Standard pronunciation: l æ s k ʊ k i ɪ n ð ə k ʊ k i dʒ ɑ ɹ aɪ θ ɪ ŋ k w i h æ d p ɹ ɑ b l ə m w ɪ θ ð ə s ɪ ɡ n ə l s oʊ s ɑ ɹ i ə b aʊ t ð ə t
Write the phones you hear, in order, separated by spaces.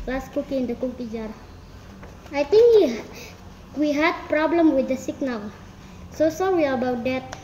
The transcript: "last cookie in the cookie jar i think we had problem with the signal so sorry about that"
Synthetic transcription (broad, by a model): l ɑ s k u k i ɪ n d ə k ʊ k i dʒ ɑ ɹ aɪ t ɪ ŋ k w i h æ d p ɹ ɑ b l ə m w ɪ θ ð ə s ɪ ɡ n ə l s oʊ s ɑ ɹ i ə b aʊ t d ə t